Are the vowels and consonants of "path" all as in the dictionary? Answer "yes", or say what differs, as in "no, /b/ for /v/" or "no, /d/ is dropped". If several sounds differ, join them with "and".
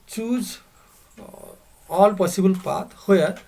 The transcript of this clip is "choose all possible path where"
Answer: no, /t/ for /θ/